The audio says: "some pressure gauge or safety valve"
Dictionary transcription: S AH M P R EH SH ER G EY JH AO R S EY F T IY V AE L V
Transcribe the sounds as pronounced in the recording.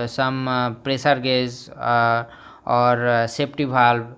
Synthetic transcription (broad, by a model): S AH M P R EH S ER G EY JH AO R S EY P T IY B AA L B